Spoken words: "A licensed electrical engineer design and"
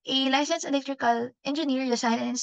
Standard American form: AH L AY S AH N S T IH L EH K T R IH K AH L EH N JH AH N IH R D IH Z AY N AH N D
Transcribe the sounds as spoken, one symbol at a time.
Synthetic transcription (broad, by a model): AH L AY S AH N S IH L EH K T R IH K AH L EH N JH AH N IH R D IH S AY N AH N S